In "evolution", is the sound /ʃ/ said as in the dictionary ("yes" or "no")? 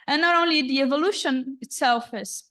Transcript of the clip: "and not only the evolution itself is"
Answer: yes